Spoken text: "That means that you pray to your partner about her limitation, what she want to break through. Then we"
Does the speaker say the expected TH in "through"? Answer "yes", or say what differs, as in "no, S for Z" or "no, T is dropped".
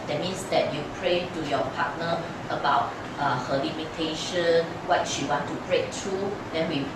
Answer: no, T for TH